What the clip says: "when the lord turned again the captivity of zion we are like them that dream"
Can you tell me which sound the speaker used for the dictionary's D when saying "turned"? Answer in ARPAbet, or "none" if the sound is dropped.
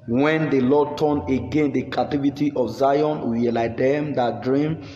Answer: none